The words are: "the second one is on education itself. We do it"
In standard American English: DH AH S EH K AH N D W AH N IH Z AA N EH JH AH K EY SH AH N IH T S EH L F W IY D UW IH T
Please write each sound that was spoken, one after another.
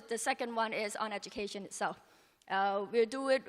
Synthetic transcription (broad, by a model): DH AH S EH K AH N D W AH N IH Z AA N EH JH AH K EY SH AH N IH T S EH L F W IY D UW IH T